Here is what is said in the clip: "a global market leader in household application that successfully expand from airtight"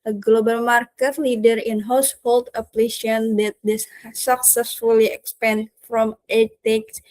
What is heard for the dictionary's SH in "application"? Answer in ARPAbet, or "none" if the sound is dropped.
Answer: none